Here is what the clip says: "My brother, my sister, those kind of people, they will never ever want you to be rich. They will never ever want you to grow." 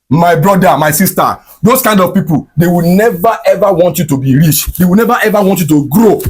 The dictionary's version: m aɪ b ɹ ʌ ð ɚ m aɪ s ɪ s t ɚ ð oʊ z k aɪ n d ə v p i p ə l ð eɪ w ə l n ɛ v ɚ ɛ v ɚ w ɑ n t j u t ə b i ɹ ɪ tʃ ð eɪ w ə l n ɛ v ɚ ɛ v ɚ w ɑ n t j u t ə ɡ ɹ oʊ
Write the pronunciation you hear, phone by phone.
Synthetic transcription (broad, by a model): m aɪ b ɹ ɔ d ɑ m aɪ s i s t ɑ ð oʊ s k aɪ n d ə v p i p ə l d eɪ w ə n ɛ v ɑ ɛ v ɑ w ɑ n t j u t ə b i ɹ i tʃ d eɪ w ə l n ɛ v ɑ ɛ v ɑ w ɑ n t j u t ə ɡ ɹ oʊ